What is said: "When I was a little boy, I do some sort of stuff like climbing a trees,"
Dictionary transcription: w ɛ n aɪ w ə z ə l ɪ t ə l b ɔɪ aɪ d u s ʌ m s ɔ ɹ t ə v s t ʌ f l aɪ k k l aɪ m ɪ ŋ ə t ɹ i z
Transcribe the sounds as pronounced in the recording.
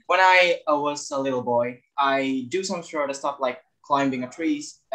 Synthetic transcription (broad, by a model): w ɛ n aɪ w ə z ə l ɪ t l b ɔɪ aɪ d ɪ s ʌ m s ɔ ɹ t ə s t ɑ p l aɪ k k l aɪ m ɪ ŋ ə t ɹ i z